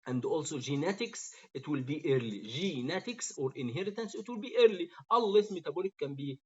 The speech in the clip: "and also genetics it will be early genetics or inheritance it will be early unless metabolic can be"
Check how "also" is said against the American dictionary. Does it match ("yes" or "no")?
yes